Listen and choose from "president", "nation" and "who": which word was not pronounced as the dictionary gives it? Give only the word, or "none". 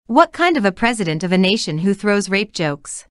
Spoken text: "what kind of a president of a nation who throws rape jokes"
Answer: none